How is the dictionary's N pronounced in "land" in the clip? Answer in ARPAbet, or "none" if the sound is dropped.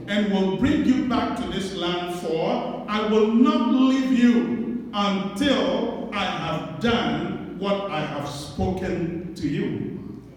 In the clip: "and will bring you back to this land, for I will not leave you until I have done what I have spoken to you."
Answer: N